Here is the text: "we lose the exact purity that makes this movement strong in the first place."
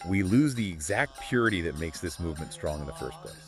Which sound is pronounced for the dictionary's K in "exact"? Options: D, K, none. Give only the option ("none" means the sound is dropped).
K